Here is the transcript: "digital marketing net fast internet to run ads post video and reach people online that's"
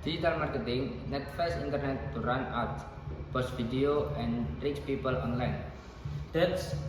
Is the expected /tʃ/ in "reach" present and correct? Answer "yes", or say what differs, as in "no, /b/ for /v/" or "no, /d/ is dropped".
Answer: no, /s/ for /tʃ/